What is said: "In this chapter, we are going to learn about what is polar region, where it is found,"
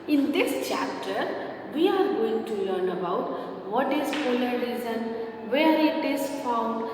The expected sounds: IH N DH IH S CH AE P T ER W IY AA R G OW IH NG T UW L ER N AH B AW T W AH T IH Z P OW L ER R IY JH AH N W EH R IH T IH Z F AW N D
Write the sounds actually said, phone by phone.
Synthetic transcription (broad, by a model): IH N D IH S CH AE P T ER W IY AA R G OW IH NG T UW L ER N AH B AW T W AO T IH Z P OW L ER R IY Z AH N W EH R IH T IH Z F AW N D